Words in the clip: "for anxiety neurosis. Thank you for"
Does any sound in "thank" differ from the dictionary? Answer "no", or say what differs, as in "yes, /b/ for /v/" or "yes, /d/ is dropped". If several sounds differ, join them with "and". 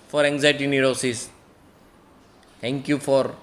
yes, /t/ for /θ/